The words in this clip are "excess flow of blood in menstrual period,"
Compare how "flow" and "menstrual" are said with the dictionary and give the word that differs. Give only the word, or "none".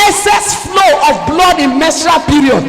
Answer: menstrual